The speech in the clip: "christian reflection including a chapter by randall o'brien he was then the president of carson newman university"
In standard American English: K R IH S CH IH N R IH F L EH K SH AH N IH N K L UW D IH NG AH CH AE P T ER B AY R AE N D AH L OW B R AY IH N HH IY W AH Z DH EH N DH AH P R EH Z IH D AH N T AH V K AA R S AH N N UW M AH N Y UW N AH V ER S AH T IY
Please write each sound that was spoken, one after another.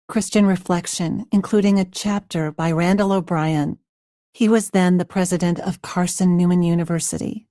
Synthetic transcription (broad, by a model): K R IH S CH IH N R IH F L EH K SH AH N IH N K L UW D IH NG AH CH AE P T ER B AY R AE N D AH L OW B R AY IH N HH IY W AH Z DH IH N DH AH P R EH Z IH D AH N T AH V K AA R S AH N N UW M AH N Y UW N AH V ER S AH T IY